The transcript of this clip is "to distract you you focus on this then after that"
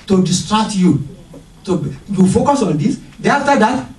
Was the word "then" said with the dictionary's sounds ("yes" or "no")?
no